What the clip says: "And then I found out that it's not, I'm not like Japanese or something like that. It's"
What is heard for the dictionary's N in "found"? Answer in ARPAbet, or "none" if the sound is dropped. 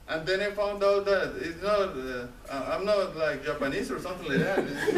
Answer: N